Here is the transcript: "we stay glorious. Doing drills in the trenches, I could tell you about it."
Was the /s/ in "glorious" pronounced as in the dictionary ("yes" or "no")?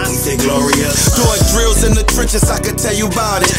no